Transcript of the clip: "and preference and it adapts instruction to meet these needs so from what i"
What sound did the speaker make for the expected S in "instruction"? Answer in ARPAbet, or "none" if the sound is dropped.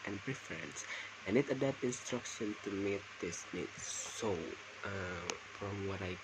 S